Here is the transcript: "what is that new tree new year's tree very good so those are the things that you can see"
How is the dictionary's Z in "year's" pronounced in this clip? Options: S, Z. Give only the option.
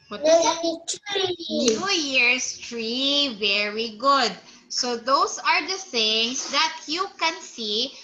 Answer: S